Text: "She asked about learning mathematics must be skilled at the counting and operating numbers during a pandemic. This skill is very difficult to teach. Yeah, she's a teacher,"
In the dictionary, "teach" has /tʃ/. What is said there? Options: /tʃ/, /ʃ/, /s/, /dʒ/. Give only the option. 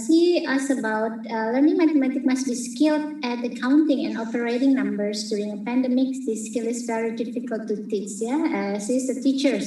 /s/